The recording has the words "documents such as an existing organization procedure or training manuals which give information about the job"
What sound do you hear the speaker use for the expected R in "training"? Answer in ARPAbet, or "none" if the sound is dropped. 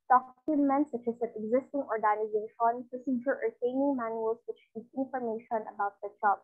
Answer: none